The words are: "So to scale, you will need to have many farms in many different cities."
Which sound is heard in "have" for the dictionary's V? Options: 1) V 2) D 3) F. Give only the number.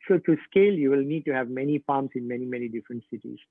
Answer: 1